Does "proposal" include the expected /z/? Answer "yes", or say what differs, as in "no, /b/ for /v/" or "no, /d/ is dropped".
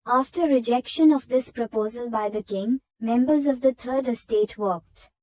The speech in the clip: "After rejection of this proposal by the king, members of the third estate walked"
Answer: yes